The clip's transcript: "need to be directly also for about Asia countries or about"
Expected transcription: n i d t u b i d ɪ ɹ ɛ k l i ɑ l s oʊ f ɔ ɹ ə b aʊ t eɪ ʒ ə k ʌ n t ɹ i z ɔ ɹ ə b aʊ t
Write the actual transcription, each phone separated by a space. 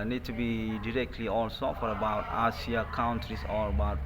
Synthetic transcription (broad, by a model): n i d t u b i d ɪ ɹ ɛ k l i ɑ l s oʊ f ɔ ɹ ə b aʊ t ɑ s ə k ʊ n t ɹ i s ɔ ɹ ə b aʊ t